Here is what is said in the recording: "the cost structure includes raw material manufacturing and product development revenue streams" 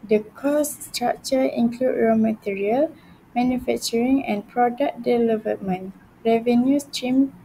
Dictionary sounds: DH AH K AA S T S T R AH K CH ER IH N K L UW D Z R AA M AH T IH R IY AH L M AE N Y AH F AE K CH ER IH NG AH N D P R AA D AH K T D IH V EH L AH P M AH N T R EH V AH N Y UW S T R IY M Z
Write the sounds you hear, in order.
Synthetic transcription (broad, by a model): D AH K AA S S T R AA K CH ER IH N K L UW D R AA M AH T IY R IY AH L M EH N Y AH F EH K CH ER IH NG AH N P R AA D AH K D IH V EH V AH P M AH N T R EH V AH N Y UW S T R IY M